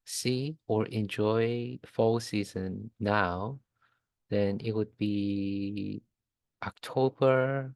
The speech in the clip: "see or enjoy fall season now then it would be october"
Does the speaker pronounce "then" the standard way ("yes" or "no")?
yes